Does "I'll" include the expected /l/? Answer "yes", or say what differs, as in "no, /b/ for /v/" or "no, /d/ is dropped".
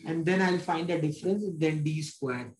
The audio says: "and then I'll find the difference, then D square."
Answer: yes